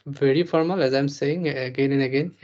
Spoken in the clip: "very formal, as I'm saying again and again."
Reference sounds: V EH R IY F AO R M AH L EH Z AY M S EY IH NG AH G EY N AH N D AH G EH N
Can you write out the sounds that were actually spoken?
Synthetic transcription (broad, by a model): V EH R IY F AO R M AH L EH Z AY M S EY IH NG AH G EY N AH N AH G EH N